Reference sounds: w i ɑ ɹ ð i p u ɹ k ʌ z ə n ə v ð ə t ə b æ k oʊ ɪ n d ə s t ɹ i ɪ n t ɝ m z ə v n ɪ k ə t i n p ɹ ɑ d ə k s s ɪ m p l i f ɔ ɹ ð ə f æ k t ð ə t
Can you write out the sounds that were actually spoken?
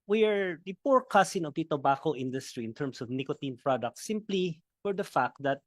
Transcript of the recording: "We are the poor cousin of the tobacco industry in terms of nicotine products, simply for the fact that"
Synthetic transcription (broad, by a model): w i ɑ ɹ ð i p u ɹ k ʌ s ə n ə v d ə t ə b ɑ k oʊ ɪ n d ə s t ɹ i ɪ n t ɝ m s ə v n ɪ k ə t i n p ɹ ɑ d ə k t s ɪ m p l i f ɔ ɹ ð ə f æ k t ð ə t